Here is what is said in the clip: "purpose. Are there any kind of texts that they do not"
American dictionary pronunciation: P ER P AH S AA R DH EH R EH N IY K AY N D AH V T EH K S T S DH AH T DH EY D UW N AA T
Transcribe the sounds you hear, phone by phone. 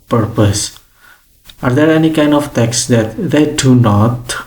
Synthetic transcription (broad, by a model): P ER P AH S AA R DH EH R EH N IY K AY N D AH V T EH K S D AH T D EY D UW N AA T